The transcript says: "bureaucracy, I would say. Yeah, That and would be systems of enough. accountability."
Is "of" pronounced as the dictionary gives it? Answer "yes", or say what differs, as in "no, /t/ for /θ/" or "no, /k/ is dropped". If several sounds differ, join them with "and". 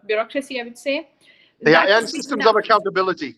yes